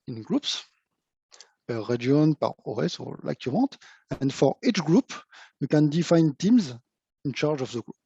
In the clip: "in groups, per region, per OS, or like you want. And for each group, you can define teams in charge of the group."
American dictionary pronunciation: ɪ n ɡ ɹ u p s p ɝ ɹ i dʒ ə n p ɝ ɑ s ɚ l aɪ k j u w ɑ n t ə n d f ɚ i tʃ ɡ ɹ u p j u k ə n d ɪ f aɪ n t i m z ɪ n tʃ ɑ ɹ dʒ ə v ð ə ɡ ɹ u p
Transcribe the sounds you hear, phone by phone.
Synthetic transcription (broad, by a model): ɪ n ɡ ɹ u p s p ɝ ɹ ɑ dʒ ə n p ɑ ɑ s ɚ l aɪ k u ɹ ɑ t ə n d f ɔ i tʃ ɡ ɹ u p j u k ə n d ɪ f aɪ n t i m z ɪ n tʃ ɑ ɹ dʒ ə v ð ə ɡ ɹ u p